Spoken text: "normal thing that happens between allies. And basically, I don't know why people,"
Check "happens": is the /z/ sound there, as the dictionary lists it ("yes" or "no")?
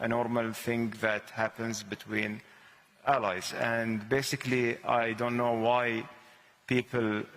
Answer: yes